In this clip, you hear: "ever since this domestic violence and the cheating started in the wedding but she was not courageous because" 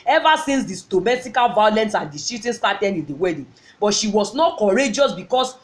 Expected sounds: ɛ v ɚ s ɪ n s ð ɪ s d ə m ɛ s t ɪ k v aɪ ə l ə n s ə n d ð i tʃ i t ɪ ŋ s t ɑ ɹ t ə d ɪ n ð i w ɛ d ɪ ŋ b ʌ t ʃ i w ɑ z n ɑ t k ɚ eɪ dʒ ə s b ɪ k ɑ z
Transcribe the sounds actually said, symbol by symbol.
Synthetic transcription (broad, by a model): ɛ v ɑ s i n s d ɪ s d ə m ɛ s t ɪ k v aɪ ə l ə n s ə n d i s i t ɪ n s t ɑ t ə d ɪ n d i w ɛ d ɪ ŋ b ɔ t ʃ i w ɑ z n ɑ t k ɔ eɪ dʒ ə s b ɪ k ɑ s